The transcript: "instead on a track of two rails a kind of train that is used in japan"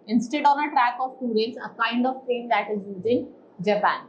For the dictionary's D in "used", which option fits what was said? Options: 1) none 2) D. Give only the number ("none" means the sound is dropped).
1